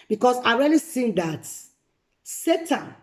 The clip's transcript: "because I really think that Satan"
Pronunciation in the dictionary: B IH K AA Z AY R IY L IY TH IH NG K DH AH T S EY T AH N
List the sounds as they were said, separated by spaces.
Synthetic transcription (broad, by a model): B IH K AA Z AY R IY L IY S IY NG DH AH T S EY T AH N